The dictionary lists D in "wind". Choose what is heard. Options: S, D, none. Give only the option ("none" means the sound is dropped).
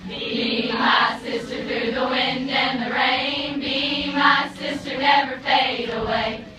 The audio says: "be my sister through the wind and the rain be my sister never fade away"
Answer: D